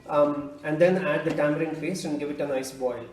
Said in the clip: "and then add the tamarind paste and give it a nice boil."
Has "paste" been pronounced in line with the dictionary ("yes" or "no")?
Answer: no